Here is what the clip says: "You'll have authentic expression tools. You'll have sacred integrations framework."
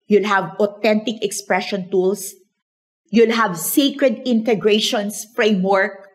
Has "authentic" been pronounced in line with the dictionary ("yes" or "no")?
no